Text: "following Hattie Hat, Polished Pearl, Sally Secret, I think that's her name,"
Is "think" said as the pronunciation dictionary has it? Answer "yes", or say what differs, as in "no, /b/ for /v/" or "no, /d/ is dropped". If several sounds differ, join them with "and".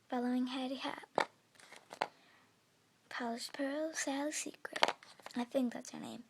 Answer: yes